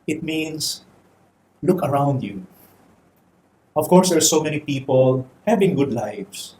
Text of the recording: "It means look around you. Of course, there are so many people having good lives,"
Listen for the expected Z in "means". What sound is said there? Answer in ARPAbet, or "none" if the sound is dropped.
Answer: S